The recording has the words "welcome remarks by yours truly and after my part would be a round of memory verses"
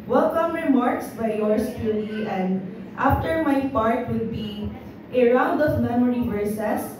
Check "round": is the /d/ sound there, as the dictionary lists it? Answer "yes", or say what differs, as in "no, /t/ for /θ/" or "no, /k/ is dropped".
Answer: yes